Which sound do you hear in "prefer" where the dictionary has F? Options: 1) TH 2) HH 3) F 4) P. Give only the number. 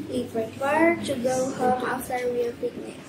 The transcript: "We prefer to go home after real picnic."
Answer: 4